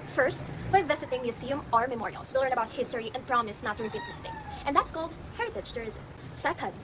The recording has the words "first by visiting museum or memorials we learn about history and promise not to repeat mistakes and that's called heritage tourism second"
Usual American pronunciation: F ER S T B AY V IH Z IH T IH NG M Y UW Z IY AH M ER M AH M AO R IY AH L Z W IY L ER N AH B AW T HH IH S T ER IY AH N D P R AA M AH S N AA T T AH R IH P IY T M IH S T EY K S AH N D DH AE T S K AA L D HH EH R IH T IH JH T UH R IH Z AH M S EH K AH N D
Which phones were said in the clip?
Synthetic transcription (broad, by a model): F ER S T B AY V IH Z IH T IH NG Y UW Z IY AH M ER M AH M AO R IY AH L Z W IY L ER N AH B AW T HH IH S T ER IY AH N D P R AA M AH S N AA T T AH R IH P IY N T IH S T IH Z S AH N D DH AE T S K AA L D HH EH R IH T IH CH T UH R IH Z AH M S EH K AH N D